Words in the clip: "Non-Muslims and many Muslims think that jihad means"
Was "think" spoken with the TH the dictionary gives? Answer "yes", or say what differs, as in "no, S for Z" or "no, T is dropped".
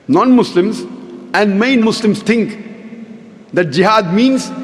no, T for TH